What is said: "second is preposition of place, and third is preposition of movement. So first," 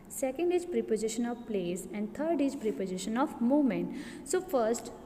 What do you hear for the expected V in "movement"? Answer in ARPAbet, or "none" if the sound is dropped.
none